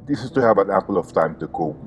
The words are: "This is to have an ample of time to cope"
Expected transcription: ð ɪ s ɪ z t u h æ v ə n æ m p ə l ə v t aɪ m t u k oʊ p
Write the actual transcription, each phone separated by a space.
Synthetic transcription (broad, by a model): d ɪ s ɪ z t u h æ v ə n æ p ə l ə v t aɪ m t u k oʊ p